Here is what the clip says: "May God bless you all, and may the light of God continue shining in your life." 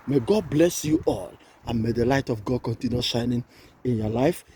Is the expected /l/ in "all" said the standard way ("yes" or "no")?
yes